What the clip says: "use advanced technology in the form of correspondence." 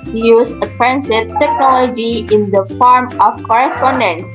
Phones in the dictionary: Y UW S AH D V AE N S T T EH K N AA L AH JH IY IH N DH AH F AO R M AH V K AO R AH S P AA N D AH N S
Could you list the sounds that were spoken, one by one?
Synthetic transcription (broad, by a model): Y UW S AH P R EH N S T T EH K N AA L AH JH IY IH N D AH F AO R M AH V K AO R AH S P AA N D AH N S